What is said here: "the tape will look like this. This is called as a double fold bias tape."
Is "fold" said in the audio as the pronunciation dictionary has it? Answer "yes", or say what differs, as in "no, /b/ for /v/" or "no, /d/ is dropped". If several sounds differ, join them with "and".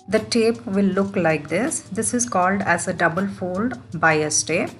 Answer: yes